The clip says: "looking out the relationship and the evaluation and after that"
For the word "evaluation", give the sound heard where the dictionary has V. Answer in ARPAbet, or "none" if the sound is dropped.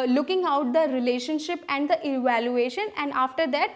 V